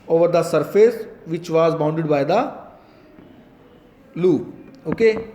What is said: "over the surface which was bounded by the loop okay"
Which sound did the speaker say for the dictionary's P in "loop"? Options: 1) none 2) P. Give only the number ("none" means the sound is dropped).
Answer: 1